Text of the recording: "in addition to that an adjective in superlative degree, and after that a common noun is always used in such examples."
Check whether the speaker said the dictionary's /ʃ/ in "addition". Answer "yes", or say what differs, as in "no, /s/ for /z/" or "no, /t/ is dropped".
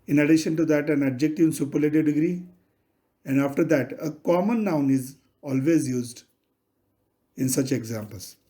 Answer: yes